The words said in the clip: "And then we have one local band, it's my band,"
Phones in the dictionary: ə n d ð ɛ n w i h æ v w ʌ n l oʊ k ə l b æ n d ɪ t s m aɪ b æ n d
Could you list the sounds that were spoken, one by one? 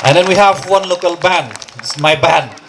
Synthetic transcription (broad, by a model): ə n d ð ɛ n w i h æ v w ʌ n l oʊ k ə l b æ n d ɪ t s m aɪ b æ n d